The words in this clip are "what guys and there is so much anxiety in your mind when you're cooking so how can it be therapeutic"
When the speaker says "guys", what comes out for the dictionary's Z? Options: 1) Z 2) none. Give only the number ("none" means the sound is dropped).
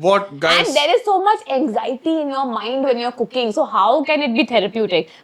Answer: 2